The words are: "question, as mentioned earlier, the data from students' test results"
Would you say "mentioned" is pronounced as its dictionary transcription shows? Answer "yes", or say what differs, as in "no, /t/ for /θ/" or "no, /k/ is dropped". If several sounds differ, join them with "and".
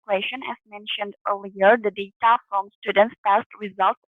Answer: yes